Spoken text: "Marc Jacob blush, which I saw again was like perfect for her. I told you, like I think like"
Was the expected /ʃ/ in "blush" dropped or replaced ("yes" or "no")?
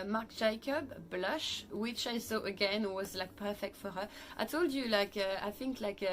no